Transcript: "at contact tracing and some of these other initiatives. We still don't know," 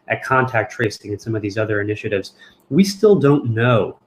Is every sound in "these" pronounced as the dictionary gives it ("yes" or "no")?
yes